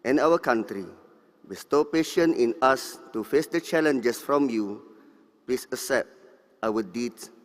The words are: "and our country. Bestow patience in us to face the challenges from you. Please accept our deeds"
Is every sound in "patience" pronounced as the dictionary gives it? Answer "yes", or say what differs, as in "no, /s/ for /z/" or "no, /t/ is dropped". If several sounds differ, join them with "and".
no, /s/ is dropped